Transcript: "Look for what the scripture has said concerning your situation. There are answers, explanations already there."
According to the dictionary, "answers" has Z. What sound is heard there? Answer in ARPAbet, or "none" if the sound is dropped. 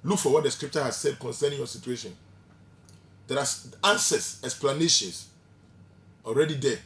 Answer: S